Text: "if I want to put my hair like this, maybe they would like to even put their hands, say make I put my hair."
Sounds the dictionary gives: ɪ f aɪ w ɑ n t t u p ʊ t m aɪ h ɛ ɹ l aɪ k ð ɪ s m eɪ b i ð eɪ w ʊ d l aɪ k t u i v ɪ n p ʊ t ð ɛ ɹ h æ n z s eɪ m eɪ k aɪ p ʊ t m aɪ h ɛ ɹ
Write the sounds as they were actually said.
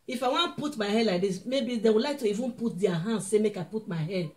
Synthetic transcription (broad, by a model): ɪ f aɪ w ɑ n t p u t m aɪ h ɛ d l aɪ k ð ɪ s m eɪ b i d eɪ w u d l aɪ k t u i v ɪ n p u t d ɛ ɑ h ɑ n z s eɪ m eɪ k aɪ p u t m aɪ h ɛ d